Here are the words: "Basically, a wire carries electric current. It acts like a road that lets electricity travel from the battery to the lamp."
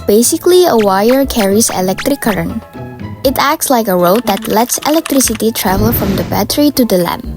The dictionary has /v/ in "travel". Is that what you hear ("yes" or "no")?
yes